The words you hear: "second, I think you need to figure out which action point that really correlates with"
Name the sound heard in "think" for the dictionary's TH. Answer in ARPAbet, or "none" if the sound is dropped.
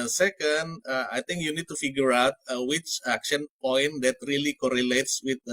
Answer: T